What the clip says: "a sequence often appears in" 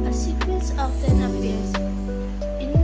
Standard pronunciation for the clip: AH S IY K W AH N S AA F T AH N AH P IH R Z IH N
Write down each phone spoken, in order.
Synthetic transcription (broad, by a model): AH S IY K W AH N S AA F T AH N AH B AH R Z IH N